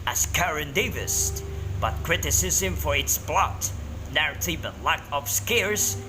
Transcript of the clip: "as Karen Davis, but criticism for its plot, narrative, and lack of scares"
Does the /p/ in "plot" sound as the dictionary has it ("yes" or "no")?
no